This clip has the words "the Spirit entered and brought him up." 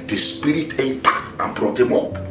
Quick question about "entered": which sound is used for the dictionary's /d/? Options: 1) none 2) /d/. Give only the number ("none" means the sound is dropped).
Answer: 1